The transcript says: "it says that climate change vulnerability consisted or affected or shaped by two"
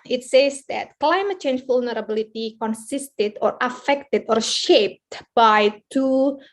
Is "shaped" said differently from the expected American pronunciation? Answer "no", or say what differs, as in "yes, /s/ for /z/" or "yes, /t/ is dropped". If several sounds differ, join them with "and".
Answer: no